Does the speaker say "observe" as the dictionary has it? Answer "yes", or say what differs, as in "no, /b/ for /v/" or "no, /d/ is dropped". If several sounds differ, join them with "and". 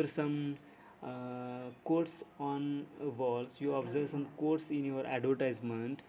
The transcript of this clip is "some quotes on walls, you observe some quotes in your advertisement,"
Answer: yes